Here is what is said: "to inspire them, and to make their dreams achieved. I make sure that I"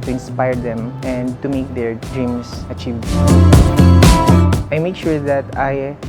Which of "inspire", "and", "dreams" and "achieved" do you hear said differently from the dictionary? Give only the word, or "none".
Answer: dreams